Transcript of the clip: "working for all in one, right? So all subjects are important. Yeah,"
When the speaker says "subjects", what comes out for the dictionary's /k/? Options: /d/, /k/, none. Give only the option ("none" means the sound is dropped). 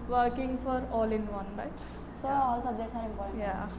none